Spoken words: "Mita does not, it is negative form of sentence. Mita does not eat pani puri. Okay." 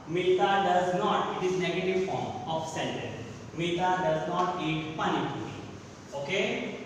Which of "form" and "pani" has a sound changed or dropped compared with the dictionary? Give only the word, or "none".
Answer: none